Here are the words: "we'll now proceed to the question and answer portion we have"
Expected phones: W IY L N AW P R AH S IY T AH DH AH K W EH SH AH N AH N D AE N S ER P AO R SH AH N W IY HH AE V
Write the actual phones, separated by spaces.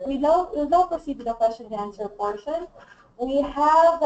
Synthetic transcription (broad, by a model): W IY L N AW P AH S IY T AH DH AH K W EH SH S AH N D AE N S ER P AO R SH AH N W IY HH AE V